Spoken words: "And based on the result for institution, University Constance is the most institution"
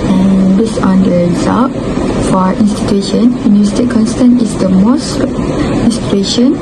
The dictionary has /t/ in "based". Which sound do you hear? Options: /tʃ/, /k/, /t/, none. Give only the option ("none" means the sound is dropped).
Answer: none